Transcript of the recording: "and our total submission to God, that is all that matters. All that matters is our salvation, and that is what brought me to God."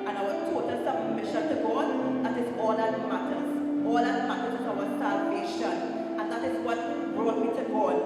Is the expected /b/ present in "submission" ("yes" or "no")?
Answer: no